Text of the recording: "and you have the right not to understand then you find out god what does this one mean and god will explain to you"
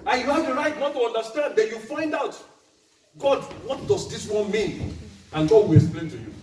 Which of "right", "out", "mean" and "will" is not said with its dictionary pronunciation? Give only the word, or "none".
none